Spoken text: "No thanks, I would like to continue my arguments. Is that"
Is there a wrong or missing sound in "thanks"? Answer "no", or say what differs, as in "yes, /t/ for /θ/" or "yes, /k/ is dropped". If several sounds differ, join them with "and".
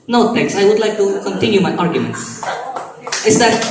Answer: yes, /t/ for /θ/ and /ŋ/ is dropped